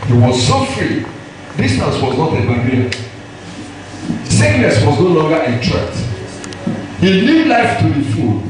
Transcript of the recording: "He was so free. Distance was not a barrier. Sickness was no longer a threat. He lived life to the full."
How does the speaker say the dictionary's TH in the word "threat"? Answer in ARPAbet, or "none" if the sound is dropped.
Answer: T